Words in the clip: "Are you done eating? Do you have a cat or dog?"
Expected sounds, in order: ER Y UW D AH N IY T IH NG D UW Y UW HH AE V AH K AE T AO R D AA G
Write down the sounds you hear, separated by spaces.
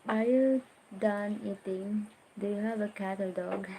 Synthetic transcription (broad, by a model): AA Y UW D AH N IY T IH NG D UW Y UW HH AE V AH K AE T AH L D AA G